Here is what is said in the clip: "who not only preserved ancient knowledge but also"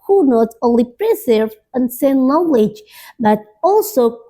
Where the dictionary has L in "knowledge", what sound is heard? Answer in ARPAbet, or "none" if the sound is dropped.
W